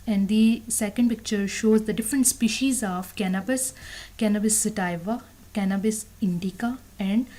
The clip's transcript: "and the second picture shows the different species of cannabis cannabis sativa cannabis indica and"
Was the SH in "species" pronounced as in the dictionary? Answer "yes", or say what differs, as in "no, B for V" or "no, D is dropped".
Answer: yes